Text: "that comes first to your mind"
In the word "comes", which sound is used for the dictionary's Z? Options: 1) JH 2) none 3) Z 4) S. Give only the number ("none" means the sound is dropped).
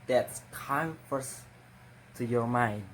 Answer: 2